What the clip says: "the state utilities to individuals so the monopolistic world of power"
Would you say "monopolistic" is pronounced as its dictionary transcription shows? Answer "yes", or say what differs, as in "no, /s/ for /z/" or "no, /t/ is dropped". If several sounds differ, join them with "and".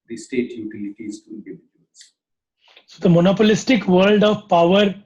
yes